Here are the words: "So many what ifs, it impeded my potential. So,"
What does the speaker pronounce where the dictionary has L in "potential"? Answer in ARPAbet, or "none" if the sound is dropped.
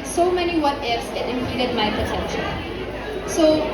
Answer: N